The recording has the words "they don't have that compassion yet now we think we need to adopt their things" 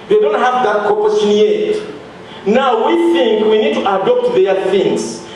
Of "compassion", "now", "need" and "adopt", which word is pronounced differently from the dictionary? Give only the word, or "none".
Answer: compassion